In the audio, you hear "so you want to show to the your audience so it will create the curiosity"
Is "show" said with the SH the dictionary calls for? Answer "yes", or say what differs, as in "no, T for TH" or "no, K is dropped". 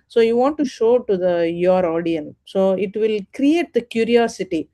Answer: yes